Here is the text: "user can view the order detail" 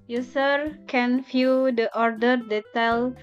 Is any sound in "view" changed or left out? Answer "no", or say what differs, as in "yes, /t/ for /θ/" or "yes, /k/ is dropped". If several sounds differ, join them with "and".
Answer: yes, /f/ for /v/